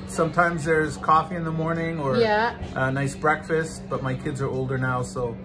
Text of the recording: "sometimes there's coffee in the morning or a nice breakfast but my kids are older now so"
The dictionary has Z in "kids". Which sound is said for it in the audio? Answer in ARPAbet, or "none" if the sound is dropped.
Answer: Z